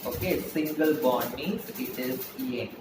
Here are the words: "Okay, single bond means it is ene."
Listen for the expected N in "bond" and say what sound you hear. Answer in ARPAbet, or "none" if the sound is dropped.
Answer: none